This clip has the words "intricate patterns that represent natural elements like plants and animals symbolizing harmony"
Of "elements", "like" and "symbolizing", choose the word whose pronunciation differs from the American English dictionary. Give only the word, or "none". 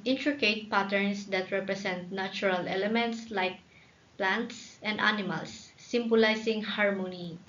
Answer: symbolizing